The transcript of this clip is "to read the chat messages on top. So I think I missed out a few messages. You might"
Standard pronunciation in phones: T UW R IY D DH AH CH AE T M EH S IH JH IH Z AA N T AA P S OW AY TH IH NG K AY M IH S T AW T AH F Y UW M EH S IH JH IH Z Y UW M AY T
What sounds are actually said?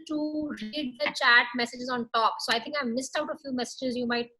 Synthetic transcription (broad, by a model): T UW R IY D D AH CH AE T M EH S IH JH IH Z AA N T AA P S OW AY T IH NG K AY M IH S T AW T AH F Y UW M EH S IH JH IH Z Y UW M AY T